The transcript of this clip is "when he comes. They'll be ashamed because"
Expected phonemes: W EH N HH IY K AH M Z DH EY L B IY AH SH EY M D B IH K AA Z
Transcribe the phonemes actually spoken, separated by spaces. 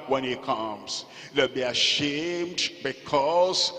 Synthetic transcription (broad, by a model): W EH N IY K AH M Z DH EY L B IY AH SH EY M D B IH K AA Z